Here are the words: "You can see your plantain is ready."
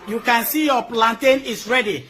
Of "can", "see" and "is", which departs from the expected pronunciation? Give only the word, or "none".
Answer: is